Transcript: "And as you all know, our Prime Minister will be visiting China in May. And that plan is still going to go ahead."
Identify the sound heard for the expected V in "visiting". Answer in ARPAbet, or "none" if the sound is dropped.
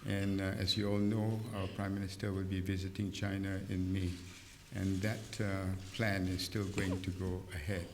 V